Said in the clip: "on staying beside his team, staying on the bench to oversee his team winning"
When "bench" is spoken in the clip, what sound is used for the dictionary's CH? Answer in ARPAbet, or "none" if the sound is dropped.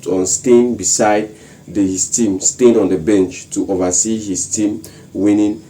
CH